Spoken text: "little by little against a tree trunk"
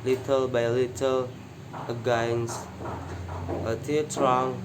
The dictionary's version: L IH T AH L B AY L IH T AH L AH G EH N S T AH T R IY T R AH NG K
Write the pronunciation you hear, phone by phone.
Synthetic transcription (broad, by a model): L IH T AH L B AY L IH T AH L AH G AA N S AH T IY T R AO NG